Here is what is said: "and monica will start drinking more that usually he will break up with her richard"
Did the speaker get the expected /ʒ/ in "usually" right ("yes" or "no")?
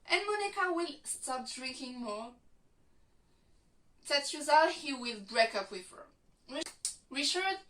no